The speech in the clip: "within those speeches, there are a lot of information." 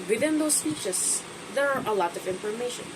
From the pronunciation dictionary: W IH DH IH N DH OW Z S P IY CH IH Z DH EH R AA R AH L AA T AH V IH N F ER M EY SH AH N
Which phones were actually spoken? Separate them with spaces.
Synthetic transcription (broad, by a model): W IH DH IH N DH OW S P IY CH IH S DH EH R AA R AH L AA T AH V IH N F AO M EY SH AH N